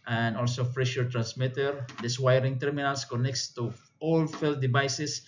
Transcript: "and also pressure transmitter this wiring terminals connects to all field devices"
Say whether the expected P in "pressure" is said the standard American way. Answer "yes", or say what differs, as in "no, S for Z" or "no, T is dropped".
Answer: no, F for P